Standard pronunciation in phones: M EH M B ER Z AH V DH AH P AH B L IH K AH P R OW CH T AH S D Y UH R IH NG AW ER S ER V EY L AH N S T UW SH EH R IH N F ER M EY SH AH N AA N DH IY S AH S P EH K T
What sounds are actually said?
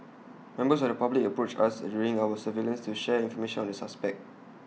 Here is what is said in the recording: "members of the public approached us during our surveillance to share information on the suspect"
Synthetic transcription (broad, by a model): M EH M B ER S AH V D AH P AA B L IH K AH P R OW CH AH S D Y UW R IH NG AW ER S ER V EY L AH N S T UW SH EH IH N F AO M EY SH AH N AA N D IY S AH S P EH K T